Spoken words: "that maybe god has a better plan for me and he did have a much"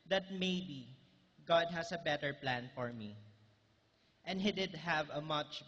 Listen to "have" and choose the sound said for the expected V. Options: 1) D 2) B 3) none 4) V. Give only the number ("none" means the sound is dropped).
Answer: 4